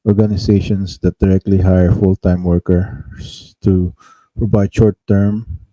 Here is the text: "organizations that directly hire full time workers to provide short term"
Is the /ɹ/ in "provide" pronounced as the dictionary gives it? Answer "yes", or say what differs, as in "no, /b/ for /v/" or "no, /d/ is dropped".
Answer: no, /ɹ/ is dropped